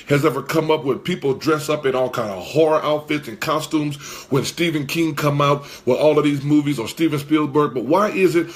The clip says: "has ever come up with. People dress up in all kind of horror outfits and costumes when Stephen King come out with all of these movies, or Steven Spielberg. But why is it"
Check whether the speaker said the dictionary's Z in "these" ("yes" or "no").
yes